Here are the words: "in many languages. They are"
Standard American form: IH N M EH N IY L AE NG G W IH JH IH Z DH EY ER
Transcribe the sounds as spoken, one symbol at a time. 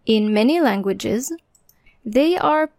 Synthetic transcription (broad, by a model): IH N M EH N IY L AE NG G W IH JH IH Z DH EY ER